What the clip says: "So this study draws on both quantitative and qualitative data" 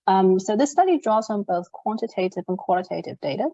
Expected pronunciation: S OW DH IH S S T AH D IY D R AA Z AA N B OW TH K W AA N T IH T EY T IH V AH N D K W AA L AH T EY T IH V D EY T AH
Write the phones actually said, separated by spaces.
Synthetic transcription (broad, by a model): S OW DH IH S S T AH D IY D R AA Z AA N B OW TH K W AA N T IH T EY T IH V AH N K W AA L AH T EY T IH V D EY T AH